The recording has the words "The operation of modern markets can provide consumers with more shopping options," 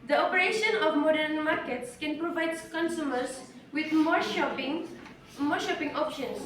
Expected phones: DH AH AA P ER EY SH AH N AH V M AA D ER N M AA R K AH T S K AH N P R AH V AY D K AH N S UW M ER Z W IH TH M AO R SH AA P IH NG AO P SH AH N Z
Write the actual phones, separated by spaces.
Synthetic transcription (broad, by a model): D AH AA P ER EY SH AH N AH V M AA D ER N M AA R K AH T S K AH N P R AH V AY D K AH N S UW M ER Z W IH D M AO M SH AA P IH NG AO P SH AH N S